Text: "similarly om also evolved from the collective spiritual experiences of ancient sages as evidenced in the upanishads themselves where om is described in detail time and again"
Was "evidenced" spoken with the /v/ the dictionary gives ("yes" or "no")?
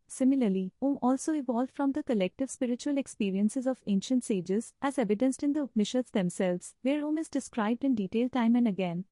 yes